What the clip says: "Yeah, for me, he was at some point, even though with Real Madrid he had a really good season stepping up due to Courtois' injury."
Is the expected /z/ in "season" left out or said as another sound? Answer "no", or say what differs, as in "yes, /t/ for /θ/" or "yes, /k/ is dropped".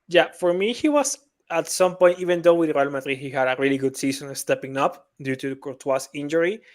yes, /s/ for /z/